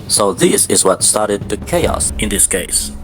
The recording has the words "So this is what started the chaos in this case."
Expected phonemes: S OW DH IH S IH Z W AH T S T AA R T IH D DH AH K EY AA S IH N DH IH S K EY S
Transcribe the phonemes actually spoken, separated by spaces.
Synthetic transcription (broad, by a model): S OW DH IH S IH Z W AH T S T AA R T IH D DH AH K EY AA S IH N DH IH S K EY S